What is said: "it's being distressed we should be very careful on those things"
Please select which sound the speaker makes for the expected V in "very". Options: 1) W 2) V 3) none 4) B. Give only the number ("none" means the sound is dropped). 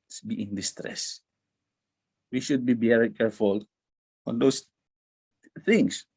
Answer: 4